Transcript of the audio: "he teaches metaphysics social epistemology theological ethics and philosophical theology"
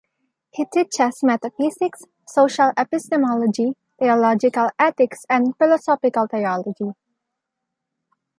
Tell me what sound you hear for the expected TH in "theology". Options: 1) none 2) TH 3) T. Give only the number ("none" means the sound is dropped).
3